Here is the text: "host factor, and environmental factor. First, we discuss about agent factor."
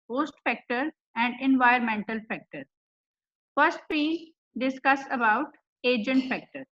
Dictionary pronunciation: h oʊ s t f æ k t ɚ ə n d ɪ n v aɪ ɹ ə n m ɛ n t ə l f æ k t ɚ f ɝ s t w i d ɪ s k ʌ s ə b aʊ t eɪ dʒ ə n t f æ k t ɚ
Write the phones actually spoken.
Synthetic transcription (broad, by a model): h oʊ s t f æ k t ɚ ə n d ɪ n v aɪ ə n m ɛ n t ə l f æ k t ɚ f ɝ s t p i d ɪ s k ʌ s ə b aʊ t eɪ dʒ ə n t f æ k t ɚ